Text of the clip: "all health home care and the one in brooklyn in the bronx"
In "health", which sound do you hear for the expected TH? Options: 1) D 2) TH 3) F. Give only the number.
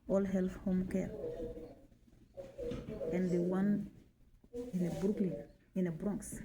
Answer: 3